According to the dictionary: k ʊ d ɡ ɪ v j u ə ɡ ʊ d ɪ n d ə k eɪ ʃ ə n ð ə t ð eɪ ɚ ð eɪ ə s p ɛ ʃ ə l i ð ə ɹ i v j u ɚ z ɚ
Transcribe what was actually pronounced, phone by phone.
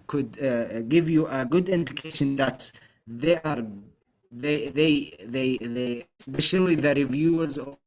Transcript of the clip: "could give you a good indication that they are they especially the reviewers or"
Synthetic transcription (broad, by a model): k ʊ d ɡ ɪ v j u ə ɡ ʊ d ɪ n d ə k eɪ ʃ ə n ð ə t ð eɪ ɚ ð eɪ ə s p ɛ ʃ ə l i ð ə ɹ i v j u ɚ z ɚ